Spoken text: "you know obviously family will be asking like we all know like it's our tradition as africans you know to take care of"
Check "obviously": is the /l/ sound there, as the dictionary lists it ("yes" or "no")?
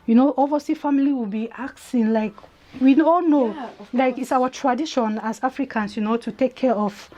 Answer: no